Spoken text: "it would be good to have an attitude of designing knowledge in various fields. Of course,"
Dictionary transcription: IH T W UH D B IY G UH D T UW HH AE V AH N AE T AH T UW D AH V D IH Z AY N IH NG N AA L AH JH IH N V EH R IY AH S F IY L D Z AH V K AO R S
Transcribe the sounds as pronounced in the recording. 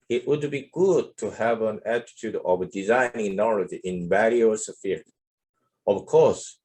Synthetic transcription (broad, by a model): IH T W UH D B IY G UH D T UW HH AE V AH N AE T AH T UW D AH V D IH Z AY N IH NG N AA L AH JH IH N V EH L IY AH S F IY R AH V K AO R S